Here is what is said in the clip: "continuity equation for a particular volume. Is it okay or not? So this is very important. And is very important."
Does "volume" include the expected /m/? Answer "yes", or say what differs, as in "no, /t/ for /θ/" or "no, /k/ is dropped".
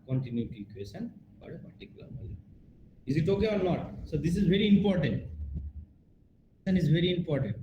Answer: no, /m/ is dropped